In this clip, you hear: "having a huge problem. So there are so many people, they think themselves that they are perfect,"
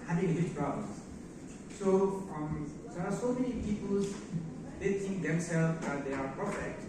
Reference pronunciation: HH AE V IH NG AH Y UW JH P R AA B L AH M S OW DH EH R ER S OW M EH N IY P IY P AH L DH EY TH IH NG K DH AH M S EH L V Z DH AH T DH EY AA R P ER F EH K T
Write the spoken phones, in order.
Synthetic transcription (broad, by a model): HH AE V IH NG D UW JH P R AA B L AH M S OW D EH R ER S OW M EH N IY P IY P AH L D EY T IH NG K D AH M S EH L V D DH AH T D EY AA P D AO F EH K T